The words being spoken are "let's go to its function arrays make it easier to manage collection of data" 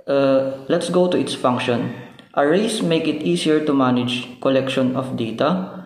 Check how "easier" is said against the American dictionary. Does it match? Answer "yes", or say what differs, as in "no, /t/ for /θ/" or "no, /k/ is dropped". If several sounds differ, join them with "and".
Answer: no, /s/ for /z/